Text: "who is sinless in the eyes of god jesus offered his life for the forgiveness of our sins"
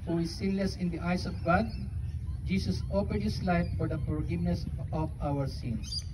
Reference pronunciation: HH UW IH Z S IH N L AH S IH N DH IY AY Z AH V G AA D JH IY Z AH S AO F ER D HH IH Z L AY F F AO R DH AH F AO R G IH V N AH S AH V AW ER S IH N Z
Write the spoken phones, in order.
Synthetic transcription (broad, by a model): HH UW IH S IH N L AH S IH N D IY AY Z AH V G AA D JH IY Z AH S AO P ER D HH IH S L AY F F AO R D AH F AO R G IH V N AH S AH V AW ER S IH N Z